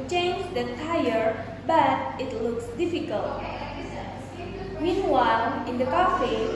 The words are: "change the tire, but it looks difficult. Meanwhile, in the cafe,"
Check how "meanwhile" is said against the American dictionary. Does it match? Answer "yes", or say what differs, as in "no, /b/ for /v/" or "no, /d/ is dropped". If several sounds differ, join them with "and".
no, /n/ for /l/